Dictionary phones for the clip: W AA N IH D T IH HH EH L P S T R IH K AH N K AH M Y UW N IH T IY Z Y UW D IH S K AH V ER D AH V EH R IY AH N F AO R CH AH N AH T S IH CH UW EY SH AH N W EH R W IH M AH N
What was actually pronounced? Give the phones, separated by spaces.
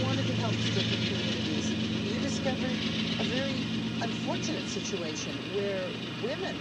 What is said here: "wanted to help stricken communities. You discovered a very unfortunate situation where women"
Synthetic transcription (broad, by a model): W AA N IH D T IH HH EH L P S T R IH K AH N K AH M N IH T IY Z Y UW D IH S K AH V ER D AH V EH R IY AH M F AO R CH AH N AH T S IH CH UW EY SH AH N W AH R W IH M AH N